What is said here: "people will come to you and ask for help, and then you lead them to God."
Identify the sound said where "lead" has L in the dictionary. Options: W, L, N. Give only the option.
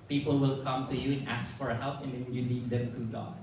N